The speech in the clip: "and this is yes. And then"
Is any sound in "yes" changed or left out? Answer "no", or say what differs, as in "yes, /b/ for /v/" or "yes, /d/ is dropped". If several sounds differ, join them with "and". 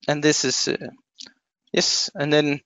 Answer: no